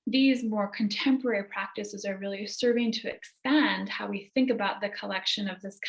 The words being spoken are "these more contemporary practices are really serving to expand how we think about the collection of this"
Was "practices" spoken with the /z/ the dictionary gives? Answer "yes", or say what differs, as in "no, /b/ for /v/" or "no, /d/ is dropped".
yes